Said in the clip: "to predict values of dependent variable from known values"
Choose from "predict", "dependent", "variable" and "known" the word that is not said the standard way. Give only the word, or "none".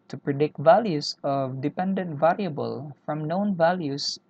none